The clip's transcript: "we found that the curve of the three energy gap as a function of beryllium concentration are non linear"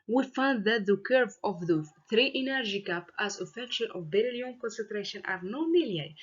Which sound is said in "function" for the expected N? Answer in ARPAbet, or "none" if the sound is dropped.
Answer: L